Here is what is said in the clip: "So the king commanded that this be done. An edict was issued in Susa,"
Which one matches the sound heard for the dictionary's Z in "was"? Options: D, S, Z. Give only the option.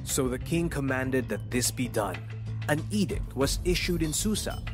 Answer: Z